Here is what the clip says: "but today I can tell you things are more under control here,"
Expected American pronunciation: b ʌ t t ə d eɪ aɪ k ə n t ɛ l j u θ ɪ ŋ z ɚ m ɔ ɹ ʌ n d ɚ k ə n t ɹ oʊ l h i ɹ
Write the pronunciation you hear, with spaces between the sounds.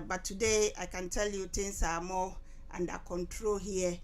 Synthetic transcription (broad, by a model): b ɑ t t ə d eɪ aɪ k ə n t ɛ l j u t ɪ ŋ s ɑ m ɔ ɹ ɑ n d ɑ k ə n t ɹ oʊ l h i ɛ